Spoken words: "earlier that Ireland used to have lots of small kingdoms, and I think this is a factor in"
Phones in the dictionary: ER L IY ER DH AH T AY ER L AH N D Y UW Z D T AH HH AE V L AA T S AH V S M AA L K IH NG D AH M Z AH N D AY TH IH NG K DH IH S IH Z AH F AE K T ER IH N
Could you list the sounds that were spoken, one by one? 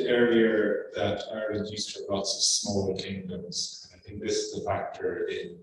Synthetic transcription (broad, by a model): ER IY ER DH AH T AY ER AH D Y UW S T AH L AA T S AH V S M AA L K IH NG D AH M Z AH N AY TH IH NG K DH IH S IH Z AH F AE K T ER IH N